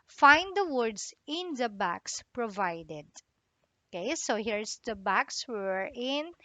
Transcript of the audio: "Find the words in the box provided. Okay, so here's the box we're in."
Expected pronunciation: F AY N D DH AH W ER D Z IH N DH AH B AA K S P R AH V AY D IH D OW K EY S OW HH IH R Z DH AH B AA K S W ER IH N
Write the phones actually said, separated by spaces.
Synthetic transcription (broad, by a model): F AY N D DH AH W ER D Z IH N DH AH B AA K S P R AH V AY D IH D OW K EY S OW HH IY R S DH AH B AA K S W ER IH N